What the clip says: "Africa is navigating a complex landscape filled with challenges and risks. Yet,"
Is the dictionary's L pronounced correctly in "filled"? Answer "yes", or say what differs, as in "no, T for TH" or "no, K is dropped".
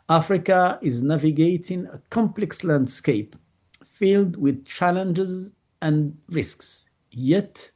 yes